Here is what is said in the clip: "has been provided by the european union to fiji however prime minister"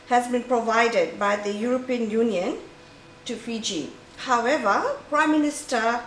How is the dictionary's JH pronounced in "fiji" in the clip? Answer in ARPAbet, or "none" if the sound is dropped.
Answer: JH